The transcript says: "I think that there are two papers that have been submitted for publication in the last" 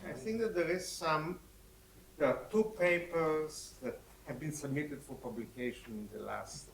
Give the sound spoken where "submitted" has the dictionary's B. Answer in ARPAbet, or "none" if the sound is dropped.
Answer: B